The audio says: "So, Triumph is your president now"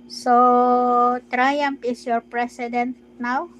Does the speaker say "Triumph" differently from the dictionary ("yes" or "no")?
yes